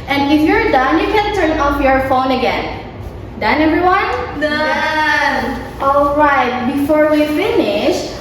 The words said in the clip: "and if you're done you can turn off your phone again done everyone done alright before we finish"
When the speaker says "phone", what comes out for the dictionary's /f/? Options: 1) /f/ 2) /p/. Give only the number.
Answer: 1